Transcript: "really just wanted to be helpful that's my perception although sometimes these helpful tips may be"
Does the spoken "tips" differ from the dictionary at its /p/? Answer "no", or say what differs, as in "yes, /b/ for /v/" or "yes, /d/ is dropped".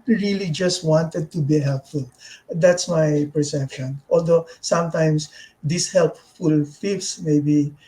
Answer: yes, /f/ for /p/